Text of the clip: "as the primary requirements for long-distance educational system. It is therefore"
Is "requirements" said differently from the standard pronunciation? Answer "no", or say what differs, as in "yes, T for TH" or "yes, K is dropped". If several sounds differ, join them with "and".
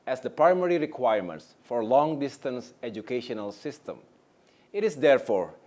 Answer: no